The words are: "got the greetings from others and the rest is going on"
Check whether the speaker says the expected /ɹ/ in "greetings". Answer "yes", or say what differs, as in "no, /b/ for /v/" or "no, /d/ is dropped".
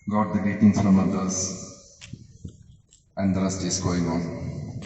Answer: no, /ɹ/ is dropped